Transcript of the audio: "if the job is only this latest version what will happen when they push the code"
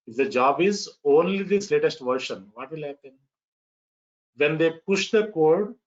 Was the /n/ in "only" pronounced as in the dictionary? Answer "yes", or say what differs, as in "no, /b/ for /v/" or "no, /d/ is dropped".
yes